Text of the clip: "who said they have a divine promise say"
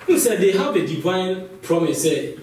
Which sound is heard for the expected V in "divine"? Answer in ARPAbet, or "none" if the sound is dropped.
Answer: V